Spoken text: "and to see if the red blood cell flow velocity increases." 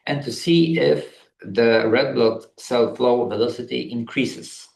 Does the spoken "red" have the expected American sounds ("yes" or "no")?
yes